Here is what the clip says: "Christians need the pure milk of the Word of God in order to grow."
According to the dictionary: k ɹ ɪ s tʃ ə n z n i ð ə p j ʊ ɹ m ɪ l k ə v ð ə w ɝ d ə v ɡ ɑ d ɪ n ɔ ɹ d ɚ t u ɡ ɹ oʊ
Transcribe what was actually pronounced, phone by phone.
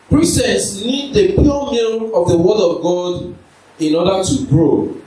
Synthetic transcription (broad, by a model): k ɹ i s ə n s n i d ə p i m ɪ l ə v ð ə w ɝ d ə v ɡ ɑ d ɪ n ɔ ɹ d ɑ t u ɡ ɹ oʊ